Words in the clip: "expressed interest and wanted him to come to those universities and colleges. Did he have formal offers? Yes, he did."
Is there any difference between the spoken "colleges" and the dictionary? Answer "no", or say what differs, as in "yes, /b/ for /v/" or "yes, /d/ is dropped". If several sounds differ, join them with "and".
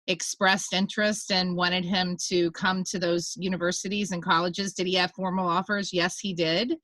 no